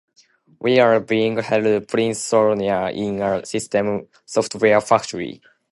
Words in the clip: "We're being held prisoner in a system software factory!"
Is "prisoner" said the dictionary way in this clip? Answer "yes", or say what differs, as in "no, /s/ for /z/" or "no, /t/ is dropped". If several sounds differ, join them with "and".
no, /s/ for /z/